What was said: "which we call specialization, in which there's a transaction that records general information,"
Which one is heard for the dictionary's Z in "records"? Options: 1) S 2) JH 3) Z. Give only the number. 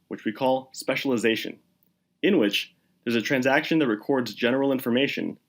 3